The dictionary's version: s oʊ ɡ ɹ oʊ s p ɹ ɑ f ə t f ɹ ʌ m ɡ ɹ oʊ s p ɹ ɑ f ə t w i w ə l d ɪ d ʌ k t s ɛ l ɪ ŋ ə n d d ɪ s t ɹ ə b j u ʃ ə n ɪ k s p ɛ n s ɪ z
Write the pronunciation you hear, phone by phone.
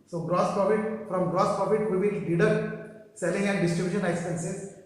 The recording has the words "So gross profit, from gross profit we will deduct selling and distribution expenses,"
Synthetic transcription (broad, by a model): s oʊ ɡ ɹ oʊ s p ɹ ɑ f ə t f ɹ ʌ m ɡ ɹ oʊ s p ɹ ɑ f ə t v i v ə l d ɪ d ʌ t s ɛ l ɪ ŋ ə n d d ɪ s t ɹ ə b j u ʃ ə n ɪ k s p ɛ n s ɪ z